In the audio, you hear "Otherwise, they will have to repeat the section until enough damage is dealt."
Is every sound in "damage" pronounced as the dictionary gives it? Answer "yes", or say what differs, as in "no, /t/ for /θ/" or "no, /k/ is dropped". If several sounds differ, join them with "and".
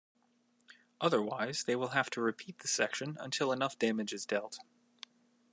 yes